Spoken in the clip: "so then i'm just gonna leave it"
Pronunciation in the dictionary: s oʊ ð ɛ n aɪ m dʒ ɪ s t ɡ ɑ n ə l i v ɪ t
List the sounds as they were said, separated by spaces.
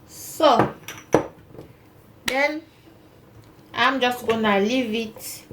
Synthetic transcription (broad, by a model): s oʊ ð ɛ n aɪ m dʒ ɪ s t ɡ ɑ n ə l i v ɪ t